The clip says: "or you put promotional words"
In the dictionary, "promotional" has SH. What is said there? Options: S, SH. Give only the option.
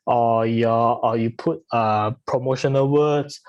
SH